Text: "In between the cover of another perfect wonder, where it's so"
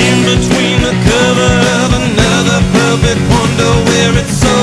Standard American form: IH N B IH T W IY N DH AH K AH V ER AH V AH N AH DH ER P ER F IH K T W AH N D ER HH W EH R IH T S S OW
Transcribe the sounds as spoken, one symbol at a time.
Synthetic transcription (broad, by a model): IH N B IH T W IY N DH AH K AH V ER AH V AH N AH DH ER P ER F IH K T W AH N D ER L W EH R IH T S S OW